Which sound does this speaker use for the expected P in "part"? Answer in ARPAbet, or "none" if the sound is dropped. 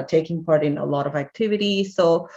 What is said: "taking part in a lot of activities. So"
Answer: P